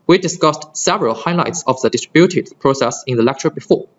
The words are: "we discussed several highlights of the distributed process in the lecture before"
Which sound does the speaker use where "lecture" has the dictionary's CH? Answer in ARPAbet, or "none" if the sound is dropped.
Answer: CH